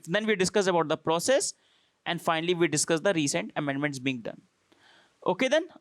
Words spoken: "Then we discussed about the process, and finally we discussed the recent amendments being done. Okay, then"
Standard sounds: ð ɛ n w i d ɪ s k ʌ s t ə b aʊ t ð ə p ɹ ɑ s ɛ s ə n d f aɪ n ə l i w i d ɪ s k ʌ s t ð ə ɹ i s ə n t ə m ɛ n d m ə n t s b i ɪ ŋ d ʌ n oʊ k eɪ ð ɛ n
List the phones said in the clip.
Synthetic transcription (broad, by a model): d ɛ n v i d ɪ s k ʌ s ə b aʊ t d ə p ɹ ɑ s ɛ s ə n d f aɪ n ə l i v i d ɪ s k ʌ s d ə ɹ i s ə n t ə m ɛ n d m ə n t s b i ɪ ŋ d ʌ n oʊ k eɪ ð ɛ n